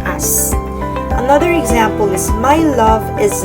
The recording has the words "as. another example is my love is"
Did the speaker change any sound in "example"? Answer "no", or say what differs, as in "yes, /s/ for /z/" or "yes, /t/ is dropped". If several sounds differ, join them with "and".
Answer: no